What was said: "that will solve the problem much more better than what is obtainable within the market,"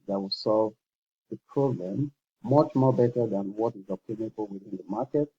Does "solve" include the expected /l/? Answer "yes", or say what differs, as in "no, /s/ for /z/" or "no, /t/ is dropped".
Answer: yes